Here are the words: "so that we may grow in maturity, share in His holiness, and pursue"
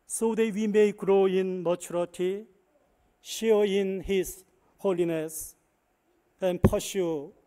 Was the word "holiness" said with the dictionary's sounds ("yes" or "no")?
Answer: yes